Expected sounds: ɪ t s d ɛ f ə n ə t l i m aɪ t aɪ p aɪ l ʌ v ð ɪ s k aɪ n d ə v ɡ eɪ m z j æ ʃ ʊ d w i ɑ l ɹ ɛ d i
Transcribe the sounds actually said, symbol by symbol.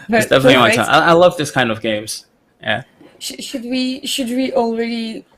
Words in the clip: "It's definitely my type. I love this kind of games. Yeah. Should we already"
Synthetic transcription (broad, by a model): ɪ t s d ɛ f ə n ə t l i m aɪ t aɪ aɪ l ʌ v ð ɪ s k aɪ n d ə v ɡ eɪ m z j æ ʃ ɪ d w i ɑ l ɹ ɛ d i